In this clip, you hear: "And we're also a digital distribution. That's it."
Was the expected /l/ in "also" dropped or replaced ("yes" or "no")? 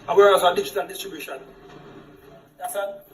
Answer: yes